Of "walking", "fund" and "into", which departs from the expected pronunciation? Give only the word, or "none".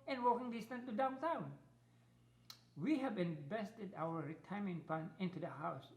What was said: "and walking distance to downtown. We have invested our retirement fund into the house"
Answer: fund